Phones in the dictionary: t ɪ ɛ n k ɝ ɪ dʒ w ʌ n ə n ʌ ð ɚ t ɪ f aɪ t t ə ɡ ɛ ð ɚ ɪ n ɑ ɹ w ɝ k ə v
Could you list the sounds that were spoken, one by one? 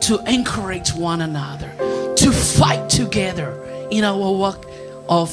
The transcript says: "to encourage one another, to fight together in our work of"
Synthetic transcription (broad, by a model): t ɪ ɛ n k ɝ ɪ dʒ w ʌ n ə n ʌ ð ɚ t ɪ f aɪ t t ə ɡ ɛ ð ɚ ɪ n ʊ w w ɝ ə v